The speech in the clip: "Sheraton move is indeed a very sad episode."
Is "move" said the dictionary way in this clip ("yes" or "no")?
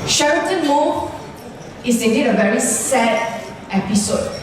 no